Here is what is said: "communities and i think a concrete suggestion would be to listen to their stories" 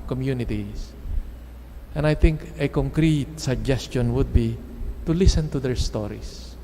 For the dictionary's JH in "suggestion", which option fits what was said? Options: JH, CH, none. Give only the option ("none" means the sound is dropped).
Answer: JH